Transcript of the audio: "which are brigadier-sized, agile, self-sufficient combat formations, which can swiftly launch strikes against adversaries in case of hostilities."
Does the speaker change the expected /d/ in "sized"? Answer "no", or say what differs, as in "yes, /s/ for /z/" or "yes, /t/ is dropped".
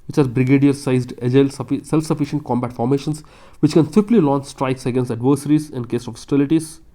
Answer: no